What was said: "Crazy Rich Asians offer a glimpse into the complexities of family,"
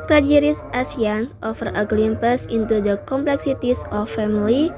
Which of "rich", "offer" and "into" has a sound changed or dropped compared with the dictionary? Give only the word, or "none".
rich